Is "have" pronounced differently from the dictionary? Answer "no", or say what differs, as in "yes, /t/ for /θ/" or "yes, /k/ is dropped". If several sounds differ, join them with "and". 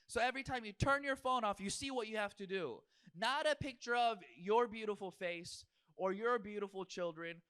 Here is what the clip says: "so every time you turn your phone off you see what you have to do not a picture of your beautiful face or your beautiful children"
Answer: yes, /f/ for /v/